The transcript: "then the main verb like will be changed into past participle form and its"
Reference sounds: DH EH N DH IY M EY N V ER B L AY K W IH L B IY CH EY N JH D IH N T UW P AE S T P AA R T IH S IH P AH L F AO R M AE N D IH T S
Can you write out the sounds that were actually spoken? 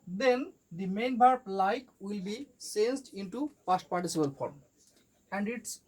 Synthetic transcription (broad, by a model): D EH N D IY M EY N B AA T L AY K W IH L B IY S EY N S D IH N T UW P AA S T P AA R T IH S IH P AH L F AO R M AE N D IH T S